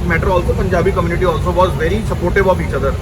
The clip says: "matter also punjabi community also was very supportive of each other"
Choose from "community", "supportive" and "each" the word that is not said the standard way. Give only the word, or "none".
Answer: supportive